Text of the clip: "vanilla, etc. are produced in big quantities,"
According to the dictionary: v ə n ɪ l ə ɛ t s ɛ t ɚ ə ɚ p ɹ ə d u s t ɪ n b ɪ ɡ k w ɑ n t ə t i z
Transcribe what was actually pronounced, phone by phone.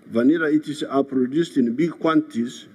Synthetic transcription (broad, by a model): v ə n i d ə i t i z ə p ɹ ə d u s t ɪ n b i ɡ k w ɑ n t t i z